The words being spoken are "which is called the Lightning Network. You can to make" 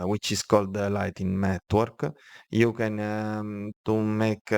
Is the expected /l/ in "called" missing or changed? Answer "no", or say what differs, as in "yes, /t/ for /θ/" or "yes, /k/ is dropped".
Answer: no